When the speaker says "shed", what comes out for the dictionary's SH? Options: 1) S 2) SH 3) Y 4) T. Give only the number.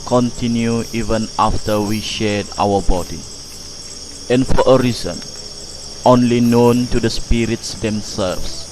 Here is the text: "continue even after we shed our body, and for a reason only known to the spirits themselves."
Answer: 2